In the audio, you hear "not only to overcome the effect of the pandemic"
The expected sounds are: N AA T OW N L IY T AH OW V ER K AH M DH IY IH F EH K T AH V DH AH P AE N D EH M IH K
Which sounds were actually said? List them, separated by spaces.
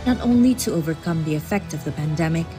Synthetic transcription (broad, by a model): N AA T OW N L IY T AH OW V ER K AH M DH IY IH F EH K T AH V DH AH P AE N D EH M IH K